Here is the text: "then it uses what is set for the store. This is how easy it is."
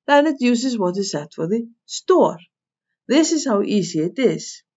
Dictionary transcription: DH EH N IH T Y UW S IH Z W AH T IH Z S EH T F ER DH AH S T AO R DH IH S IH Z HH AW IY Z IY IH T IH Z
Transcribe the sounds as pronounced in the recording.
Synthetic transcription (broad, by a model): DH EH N IH T Y UW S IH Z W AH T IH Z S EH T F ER DH AH S T AO R DH IH S IH Z HH AW IY S IY IH T IH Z